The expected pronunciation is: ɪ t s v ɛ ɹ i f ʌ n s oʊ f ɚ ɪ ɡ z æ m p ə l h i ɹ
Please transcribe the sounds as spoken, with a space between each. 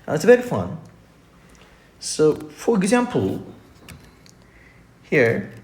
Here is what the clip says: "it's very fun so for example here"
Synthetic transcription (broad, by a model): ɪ t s b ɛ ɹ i f ʌ n s oʊ f ɚ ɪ ɡ z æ m p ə l h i ɹ